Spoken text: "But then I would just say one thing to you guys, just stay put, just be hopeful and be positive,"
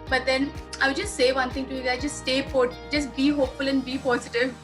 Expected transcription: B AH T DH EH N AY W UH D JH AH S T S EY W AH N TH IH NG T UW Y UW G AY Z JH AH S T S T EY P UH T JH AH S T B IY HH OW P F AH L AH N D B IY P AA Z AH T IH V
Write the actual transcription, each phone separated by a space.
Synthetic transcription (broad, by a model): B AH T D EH N AY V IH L JH AH S T S EY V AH N T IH NG T UW Y UW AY JH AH S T S T EY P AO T JH AH S T B IY HH OW P F AH L AH N D B IY P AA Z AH T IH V